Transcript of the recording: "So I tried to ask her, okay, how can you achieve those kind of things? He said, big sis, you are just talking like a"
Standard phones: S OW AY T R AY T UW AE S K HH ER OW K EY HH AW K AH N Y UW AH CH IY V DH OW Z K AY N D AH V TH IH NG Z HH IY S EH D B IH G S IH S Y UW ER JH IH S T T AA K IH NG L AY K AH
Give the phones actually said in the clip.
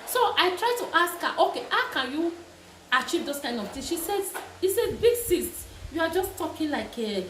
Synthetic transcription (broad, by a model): S OW AY T R AY T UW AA S K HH OW K EY HH AW K AH N Y UW AH CH IY V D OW S K AY N D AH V T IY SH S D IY S EH D B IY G S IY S Y UW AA JH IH S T T AA K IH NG L AY K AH